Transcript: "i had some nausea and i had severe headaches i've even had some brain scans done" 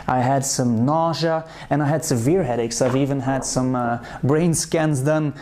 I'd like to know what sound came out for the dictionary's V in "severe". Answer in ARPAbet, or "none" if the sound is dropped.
V